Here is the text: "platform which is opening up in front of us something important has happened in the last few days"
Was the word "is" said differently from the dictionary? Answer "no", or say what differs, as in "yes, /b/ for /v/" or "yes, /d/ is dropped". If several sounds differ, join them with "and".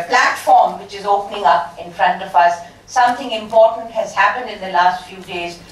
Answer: no